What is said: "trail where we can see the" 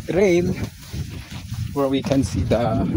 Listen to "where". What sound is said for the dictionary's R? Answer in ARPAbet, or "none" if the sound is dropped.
L